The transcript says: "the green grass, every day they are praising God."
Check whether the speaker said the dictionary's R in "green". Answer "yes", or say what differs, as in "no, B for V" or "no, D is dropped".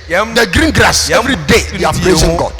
yes